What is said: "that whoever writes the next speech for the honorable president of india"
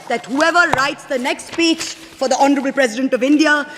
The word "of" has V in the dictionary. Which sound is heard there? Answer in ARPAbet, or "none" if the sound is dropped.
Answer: V